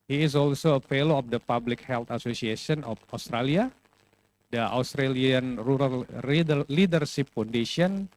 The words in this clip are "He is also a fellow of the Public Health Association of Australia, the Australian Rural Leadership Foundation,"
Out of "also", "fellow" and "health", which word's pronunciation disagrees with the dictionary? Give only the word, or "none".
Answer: health